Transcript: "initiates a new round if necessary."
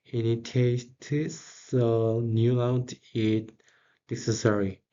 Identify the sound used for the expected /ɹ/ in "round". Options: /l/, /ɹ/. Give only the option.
/l/